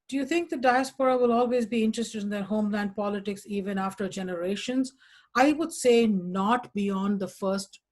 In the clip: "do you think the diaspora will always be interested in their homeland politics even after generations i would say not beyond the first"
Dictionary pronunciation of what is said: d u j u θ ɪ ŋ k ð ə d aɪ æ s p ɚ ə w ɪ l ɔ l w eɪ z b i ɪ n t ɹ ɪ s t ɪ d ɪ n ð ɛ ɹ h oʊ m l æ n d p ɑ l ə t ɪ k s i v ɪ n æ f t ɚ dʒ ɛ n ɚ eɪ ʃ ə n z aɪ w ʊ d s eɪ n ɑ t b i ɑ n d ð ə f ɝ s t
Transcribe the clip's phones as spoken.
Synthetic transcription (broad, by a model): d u j u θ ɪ ŋ k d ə d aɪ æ s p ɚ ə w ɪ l ɔ l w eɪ z b i ɪ n t ɹ ɪ s t ɪ d ɪ n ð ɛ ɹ h oʊ m l æ n d p ɑ l ə t ɪ k s i v ɪ n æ f t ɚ dʒ ɛ n ɚ eɪ ʃ ə n z aɪ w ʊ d s eɪ n ɑ t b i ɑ n d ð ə f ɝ s t